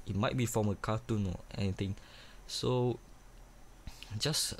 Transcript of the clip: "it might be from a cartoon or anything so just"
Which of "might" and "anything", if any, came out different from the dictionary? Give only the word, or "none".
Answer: anything